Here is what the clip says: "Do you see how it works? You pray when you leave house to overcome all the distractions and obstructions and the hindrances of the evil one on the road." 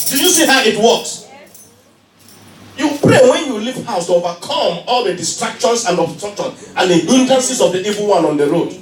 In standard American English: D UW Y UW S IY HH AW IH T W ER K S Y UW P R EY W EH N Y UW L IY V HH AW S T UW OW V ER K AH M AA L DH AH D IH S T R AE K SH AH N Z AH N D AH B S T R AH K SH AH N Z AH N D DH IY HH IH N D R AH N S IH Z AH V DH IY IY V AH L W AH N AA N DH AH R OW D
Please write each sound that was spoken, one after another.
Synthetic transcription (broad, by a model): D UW Y UW S IY HH AW IH T W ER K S Y UW P R EY W EH N Y UW L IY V HH AW S T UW OW V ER K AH M AA L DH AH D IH S T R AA K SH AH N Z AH N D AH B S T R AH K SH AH N AH N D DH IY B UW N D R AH N S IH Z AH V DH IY IY V AH L W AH N AA N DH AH R OW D